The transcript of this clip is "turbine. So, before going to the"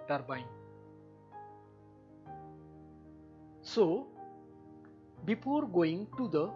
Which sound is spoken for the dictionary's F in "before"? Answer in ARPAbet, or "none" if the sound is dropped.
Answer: P